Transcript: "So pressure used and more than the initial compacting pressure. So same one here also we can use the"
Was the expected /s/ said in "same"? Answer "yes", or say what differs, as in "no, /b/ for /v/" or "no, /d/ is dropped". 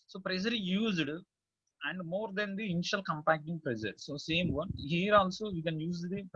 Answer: yes